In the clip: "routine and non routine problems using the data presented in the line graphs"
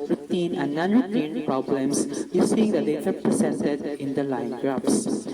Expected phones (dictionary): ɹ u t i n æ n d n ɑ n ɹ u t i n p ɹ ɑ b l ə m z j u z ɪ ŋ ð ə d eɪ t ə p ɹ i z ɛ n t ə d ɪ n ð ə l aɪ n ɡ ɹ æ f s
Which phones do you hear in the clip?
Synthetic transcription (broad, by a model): ɹ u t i n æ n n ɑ n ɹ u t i n p ɹ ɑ b l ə m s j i s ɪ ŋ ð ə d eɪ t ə p ɹ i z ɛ n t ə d ɪ n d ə l aɪ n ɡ ɹ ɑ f s